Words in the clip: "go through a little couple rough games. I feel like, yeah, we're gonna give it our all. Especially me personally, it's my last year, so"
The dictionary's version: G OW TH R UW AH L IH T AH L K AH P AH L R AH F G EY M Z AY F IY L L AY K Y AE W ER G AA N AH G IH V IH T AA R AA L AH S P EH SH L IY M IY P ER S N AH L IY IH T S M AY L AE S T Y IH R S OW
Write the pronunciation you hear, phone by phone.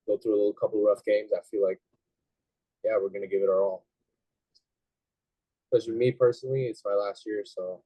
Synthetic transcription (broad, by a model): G OW TH R UW AH L IH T L K AH P L R AH F G EY M Z AY F IY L L AY K Y AE W ER G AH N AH G IH V IH T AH R AA L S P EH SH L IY M IY P ER S N L IY IH T S M AY L AE S T Y IH R S OW